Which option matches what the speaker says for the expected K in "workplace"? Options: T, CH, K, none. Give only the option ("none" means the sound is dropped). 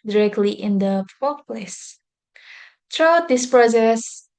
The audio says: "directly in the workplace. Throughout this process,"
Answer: none